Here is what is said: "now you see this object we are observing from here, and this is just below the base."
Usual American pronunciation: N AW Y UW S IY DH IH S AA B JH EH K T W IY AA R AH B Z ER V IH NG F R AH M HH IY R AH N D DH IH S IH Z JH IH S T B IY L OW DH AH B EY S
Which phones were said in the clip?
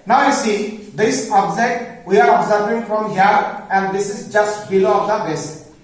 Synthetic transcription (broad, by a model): N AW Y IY S IY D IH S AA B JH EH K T W IY AA R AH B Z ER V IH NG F R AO M HH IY R AH N D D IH S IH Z JH IH S T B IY L OW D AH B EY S